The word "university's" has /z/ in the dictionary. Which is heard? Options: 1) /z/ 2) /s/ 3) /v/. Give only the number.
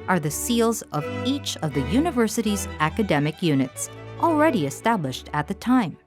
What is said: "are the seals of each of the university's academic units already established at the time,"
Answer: 1